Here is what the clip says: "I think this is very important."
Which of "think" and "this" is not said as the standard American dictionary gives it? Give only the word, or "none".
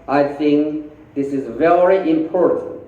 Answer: none